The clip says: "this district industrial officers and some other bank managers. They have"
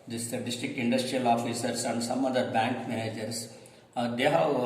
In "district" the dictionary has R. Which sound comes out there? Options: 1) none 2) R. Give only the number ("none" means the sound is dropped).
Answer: 1